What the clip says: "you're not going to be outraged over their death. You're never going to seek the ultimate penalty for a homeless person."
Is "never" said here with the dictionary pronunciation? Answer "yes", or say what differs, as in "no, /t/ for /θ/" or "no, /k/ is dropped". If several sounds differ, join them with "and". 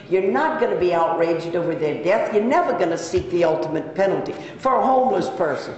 yes